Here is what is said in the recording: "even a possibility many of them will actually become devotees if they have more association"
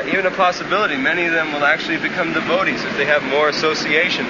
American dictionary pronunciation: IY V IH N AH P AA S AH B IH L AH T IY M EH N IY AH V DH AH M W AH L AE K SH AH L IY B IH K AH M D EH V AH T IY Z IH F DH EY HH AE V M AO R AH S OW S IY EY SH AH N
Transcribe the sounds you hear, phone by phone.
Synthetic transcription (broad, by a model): IY V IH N AH P AA S AH B IH L AH T IY M EH N IY AH V DH AH M W AH L AE K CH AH L IY B IH K AH M D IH V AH T IY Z IH F DH EY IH V M AO R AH S OW S IY EY SH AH N